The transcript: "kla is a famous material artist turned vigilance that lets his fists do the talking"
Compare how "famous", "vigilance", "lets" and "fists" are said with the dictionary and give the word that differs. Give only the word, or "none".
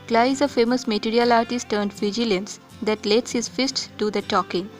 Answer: none